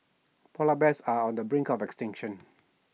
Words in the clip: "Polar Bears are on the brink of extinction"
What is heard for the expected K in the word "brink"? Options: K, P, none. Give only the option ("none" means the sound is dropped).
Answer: K